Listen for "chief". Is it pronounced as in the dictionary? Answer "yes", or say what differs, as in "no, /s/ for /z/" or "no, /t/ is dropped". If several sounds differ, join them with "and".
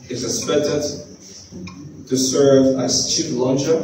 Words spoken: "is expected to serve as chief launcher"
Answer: no, /p/ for /f/